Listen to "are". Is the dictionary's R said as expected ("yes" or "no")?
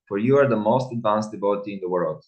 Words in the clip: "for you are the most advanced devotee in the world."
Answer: yes